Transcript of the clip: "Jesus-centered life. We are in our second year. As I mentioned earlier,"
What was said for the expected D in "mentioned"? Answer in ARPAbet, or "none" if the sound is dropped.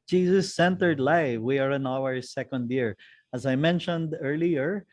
D